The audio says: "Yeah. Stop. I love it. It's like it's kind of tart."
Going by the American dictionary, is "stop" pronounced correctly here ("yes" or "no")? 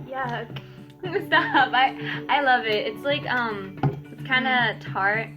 no